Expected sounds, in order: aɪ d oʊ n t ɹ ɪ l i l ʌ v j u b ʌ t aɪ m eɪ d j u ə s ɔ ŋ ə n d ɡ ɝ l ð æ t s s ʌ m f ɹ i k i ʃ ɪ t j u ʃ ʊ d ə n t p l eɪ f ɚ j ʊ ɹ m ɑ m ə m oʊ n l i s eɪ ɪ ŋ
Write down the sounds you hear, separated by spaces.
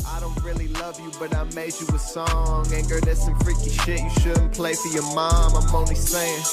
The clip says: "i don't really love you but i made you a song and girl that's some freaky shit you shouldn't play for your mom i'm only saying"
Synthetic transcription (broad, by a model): aɪ d oʊ n t ɹ ɪ l i l ʌ v j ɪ b ʌ t aɪ m eɪ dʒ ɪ ə s ɔ ŋ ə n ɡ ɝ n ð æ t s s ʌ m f ɹ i k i ʃ ɪ t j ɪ ʃ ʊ d n p l eɪ f ɚ j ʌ ɹ m ɑ m ə m oʊ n i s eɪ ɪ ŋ